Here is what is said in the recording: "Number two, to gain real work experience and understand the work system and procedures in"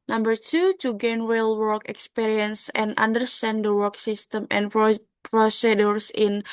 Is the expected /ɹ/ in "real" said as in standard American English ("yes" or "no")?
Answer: no